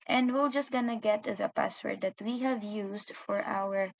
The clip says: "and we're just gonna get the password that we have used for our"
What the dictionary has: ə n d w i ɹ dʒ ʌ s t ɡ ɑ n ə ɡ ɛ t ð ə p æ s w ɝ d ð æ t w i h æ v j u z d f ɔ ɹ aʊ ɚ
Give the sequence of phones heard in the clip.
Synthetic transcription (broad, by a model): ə n d w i l dʒ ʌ s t ɡ ɑ n ə ɡ ɛ t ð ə p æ s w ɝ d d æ t w i h æ v j u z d f ɔ ɹ aʊ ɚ